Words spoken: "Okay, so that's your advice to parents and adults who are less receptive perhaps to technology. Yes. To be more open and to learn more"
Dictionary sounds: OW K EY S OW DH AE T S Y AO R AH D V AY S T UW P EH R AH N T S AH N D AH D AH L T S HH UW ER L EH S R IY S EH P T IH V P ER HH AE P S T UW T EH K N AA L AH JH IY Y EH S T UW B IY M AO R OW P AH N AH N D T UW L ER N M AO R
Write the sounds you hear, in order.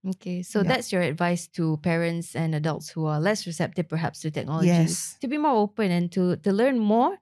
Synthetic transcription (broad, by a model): OW K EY S OW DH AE T S Y AO R AH D V AY S T UW P EH R AH N T S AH N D AH D AH L T S HH UW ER L EH S R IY S EH P T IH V P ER HH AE P S T UW T EH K N AA L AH IY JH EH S T UW B IY M AO R OW P AH N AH N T T UW L ER N M AO R